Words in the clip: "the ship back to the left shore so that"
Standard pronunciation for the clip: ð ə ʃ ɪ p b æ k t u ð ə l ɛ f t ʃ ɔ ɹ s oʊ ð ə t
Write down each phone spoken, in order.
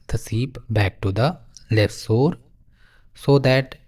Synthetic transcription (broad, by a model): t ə s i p b æ k t u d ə l ɛ f t s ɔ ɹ s oʊ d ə t